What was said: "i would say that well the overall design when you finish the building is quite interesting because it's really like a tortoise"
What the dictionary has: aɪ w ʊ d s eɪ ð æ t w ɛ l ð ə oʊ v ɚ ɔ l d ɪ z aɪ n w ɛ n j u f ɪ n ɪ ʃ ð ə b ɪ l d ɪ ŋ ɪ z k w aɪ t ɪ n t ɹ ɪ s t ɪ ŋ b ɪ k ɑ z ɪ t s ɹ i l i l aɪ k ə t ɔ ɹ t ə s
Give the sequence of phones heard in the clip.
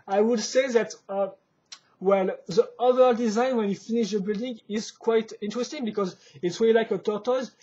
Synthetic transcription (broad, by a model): aɪ w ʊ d s eɪ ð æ t w ɛ l ð ə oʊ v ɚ d ɪ z aɪ n w ɛ n j u f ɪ n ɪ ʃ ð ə b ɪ l d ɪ ŋ ɪ z k w aɪ t ɪ n t ɹ ɪ s t ɪ ŋ b ɪ k ɑ z ɪ t s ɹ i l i l aɪ k ə t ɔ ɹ t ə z